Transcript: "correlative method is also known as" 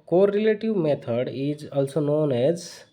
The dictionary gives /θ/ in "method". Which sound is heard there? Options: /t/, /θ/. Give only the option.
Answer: /t/